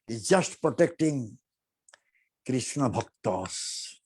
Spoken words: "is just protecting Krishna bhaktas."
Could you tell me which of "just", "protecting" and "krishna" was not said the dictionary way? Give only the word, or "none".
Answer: none